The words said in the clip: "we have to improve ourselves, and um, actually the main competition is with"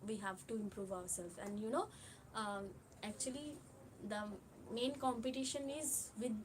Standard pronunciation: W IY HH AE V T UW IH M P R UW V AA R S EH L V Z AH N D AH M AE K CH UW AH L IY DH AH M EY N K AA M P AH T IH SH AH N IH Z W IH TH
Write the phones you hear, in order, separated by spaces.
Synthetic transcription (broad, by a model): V IY HH AE V T UW IH M P R UW V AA R S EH L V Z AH N D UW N AE K CH UW AH L IY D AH M EY N K AA M P AH T IH SH AH N IH Z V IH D